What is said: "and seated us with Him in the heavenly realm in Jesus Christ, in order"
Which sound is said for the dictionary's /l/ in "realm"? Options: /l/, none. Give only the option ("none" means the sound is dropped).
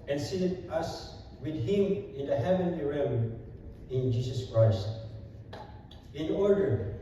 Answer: none